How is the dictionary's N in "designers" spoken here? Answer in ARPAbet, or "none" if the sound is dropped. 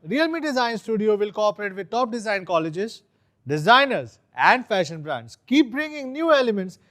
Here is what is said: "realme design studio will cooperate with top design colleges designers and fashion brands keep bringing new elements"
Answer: N